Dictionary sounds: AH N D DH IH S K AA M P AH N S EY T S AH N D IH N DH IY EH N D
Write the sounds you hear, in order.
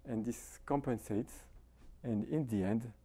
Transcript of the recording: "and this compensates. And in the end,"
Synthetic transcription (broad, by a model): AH N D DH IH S K AA M P AH N S EY T S AH N D IH N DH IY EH N D